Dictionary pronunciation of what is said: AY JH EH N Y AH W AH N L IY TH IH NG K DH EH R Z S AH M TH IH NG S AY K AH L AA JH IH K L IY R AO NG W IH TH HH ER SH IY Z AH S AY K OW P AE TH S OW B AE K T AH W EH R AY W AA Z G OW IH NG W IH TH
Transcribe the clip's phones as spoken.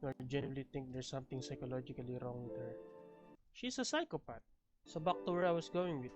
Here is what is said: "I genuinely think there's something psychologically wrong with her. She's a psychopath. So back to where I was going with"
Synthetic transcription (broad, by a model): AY JH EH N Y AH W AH L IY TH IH NG K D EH R S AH M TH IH NG S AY K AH L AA JH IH K L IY R AO NG W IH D HH ER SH IY S AH S AY K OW P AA T S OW B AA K T AH W EH R AY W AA S G OW IH NG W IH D